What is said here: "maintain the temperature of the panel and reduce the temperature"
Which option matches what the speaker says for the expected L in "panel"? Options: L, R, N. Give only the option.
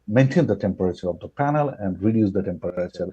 L